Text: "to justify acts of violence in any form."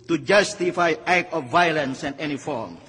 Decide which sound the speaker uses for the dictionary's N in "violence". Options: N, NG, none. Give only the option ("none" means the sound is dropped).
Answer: N